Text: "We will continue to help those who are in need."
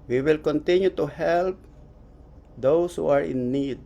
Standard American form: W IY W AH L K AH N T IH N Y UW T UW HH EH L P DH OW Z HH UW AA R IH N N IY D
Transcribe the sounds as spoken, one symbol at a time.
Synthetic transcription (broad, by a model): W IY W AH L K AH N T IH N Y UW T UW HH EH L P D OW S HH UW AA R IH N N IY D